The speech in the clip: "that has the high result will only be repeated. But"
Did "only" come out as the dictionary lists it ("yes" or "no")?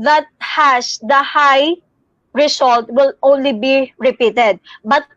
yes